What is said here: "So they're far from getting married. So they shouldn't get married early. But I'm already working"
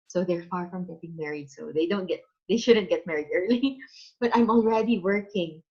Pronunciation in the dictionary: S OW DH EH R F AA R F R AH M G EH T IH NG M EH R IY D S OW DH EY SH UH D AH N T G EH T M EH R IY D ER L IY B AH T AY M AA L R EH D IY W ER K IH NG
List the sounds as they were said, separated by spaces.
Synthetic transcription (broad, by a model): S OW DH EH R F AA R F R AH M G EH T IH NG M EH R IY D S OW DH EY SH UH D AH N T G EH T M EH R IY D ER L IY B AH T AY M AA L R EH D IY W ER K IH NG